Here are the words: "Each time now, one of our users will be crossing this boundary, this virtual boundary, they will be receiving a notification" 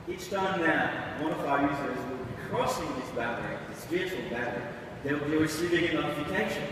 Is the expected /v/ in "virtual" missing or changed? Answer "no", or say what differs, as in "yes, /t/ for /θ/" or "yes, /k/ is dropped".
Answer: yes, /p/ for /v/